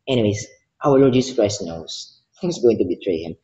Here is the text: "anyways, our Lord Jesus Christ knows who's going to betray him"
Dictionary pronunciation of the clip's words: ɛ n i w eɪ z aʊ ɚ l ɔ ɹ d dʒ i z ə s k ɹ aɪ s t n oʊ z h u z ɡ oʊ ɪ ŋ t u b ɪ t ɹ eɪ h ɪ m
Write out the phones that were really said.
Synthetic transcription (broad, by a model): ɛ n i w eɪ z aʊ ɚ l ɔ ɹ d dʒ i s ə s k ɹ aɪ s t n oʊ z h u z ɡ oʊ ɪ ŋ t u b ɪ t ɹ eɪ h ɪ m